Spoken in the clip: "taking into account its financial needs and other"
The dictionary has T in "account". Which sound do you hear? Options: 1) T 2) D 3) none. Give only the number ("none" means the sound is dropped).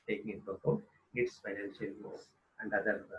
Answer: 3